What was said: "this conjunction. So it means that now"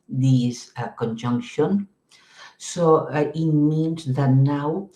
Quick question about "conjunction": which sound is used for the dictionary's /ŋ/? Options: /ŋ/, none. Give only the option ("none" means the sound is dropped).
/ŋ/